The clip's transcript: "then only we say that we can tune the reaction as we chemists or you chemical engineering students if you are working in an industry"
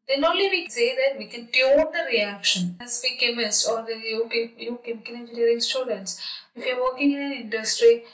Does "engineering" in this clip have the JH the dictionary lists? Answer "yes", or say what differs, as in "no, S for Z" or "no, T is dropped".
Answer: no, JH is dropped